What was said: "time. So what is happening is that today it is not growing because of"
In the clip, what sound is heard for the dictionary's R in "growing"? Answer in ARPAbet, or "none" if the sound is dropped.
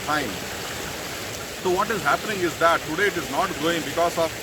none